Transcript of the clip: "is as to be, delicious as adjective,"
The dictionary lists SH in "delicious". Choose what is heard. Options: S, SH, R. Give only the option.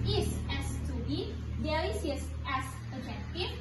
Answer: S